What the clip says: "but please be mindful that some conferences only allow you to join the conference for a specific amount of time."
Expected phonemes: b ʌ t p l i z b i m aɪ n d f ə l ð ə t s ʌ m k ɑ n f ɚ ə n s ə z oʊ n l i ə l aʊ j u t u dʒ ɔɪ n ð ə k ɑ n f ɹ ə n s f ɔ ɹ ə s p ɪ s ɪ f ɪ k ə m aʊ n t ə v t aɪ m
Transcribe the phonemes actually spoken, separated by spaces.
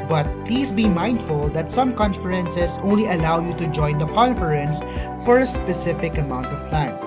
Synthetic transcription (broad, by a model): b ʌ t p l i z b i m aɪ n d f ə l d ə t s ʌ m k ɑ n f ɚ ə n s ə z oʊ n l i ə l aʊ j u t u dʒ ɔɪ n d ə k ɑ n f ɹ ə n s f ɔ ɹ ə s p ɪ s ɪ f ɪ k ə m aʊ n t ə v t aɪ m